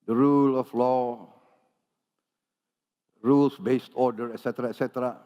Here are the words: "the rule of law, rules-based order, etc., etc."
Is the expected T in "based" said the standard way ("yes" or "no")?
yes